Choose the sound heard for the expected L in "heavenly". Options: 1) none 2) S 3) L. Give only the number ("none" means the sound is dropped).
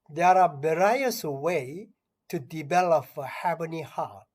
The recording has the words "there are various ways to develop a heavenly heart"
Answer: 1